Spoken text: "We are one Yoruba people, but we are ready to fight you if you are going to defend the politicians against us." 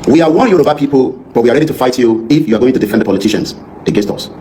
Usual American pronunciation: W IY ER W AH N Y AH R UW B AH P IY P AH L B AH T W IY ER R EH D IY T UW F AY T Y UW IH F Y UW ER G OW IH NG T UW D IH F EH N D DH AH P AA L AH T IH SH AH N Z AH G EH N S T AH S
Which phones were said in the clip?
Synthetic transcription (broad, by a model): W IY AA W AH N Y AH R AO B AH P IY P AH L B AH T W IY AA R EH D IY T UW F AY T Y UW IH F Y UW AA G OW IH NG T UW D IH F EH N D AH P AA L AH T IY SH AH N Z AH G EH N S T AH S